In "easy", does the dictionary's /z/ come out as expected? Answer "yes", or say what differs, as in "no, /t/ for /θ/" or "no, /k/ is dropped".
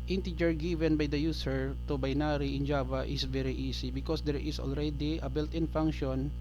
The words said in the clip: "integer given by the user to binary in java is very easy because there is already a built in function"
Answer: no, /s/ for /z/